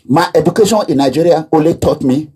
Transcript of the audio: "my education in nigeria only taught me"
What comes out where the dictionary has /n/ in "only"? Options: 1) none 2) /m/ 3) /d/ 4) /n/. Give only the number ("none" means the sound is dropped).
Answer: 1